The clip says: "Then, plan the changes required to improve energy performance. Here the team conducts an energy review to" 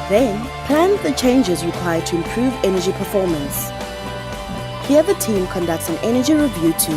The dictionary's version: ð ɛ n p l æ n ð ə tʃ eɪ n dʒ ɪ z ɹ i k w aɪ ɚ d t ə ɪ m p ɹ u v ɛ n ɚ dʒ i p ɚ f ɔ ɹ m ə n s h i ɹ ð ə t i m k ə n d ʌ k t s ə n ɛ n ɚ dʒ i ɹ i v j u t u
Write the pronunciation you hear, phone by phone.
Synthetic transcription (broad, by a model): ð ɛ n p l æ n ð ə tʃ eɪ n dʒ ɪ z ɹ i k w aɪ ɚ d t ə ɪ m p ɹ u v ɛ n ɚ dʒ i p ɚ f ɔ m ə n s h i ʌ ð ə t i m k ə n d ʌ k t s ə n ɛ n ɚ dʒ i ɹ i v j u t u